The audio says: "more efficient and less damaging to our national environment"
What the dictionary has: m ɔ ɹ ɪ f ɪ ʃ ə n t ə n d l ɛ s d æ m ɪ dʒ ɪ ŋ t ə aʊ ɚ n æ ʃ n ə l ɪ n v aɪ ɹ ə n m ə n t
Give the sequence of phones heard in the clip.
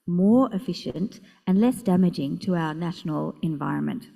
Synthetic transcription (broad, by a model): m ɔ ɹ ɪ f ɪ ʃ ə n t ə n l ɛ s d æ m ɪ dʒ ɪ ŋ t ə aʊ ɚ n æ ʃ n ə l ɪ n v aɪ ɹ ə n m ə n t